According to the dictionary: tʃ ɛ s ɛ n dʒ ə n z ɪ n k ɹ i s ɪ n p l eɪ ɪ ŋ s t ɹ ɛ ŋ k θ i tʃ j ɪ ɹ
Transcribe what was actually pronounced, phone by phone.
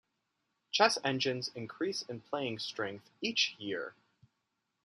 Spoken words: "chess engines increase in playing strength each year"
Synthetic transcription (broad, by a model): tʃ ɛ s ɛ n dʒ ə n z ɪ n k ɹ i s ɪ n p l eɪ ɪ ŋ s t ɹ ɛ ŋ k θ i tʃ j ɪ ɹ